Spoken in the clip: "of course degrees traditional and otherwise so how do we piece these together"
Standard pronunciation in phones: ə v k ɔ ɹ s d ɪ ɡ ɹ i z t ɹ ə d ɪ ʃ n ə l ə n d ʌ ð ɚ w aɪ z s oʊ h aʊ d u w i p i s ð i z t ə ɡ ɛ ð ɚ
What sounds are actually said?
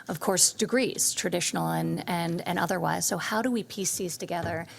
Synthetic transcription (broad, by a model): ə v k ɔ ɹ s d ɪ ɡ ɹ i z t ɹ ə d ɪ ʃ n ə n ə n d ʌ ð ɚ w aɪ z s oʊ h aʊ d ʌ w i p i s i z t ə ɡ ɛ ð ɚ